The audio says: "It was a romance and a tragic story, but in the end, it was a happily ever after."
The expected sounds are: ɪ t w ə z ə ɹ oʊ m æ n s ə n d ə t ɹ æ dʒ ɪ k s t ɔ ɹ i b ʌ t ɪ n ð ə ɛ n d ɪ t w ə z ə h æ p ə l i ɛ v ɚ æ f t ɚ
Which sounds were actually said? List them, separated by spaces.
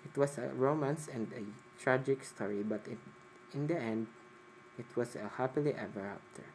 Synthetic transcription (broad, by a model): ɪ t w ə s ə ɹ oʊ m æ n s ə n d ə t ɹ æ dʒ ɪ k s t ɔ ɹ i b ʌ t ɪ n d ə ɛ n d ɪ t w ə s ə h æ p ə l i ɛ v ɚ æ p t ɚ